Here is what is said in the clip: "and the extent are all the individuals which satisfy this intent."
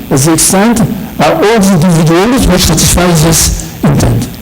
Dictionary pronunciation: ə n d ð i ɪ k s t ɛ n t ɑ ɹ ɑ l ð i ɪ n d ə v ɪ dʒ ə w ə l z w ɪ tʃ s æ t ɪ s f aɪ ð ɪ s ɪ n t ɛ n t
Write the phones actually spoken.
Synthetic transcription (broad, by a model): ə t ð i ɪ k s t ɛ n t ɑ ɹ ɑ l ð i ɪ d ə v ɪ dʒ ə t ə z w ɪ tʃ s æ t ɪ s f aɪ ð ɪ s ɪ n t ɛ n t